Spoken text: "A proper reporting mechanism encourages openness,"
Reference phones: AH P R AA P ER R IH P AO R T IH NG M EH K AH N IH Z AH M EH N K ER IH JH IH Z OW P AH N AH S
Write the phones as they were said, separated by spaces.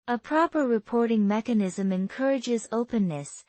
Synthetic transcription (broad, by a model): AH P R AA P ER R IH P AO R T IH NG M EH K AH N IH Z AH M EH N K ER IH JH IH Z OW P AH N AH S